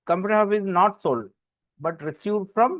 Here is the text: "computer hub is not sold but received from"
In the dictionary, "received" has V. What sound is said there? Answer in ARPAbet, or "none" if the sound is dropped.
F